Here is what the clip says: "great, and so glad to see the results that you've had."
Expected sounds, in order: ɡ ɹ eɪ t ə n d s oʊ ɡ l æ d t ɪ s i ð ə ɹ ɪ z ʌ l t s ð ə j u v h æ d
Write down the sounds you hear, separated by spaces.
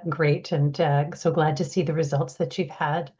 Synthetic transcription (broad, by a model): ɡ ɹ eɪ t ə n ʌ s oʊ ɡ l æ d t ɪ s i ð ə ɹ ɪ z ʌ l t s ð ə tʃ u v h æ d